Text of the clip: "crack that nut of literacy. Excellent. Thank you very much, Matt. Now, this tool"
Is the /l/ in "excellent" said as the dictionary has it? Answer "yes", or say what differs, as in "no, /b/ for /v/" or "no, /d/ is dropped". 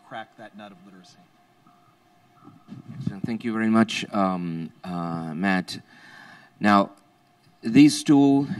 no, /l/ is dropped